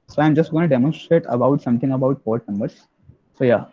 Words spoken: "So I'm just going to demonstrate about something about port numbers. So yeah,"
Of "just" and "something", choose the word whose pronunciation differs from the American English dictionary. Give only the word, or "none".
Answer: something